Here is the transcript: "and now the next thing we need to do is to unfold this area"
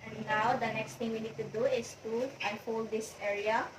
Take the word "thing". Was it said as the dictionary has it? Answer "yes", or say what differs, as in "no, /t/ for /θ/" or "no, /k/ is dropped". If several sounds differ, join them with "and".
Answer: no, /t/ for /θ/